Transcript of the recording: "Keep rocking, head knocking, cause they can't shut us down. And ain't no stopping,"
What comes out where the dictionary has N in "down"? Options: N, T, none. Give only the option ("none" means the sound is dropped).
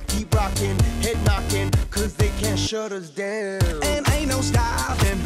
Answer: none